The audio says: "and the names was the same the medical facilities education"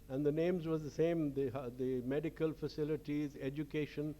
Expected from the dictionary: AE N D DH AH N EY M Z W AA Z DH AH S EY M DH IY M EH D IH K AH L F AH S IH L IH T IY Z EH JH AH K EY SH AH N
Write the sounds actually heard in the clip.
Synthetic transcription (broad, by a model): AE N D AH N EY M Z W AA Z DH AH S EY M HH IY M EH D IH K AH L F AH S IH L IH T IY Z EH JH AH K EY SH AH N